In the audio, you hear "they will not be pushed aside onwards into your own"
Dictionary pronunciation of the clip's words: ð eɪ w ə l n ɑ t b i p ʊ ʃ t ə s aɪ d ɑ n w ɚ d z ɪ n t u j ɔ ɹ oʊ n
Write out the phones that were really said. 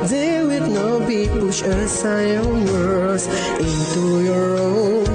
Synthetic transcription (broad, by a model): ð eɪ w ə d n ɑ t b i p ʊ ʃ ə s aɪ ɑ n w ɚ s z ɪ n t u j ɔ ɹ oʊ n